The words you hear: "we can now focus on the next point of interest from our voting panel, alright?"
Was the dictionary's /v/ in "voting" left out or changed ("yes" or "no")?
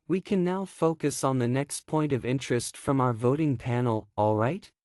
no